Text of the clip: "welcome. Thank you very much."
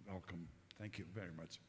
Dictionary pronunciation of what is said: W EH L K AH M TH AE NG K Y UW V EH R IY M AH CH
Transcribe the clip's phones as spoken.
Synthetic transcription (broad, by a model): W EH L K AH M TH AE NG K Y UW V EH R IY M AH CH